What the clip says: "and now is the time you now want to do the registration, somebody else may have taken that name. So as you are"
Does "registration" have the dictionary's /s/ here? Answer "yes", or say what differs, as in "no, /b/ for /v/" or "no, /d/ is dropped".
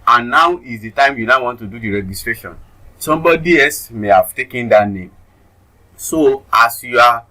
yes